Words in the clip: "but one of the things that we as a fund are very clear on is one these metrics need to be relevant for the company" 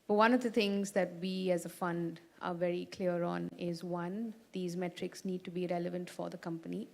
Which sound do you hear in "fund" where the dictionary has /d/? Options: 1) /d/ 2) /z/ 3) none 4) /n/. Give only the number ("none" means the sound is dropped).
1